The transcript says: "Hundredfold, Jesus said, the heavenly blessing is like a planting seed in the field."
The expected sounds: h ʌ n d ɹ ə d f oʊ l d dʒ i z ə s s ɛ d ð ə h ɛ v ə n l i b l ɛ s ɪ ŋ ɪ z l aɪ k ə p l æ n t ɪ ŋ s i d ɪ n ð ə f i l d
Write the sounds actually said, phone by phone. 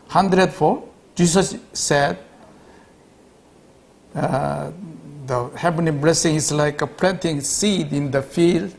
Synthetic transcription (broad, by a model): h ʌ n d ɹ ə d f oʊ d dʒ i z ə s s ɛ d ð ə h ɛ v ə n i b l ɛ s ɪ ŋ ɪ s l aɪ k ə p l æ n t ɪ ŋ s i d ɪ n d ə f i l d